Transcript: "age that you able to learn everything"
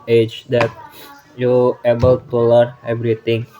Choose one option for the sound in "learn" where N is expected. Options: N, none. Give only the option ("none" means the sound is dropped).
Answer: none